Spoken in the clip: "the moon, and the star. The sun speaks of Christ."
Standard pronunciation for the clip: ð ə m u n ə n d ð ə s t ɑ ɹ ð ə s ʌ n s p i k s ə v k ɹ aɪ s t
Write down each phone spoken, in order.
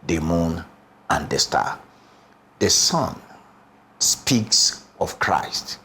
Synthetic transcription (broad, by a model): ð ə m u n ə n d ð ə s t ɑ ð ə s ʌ n s p i k s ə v k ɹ aɪ s t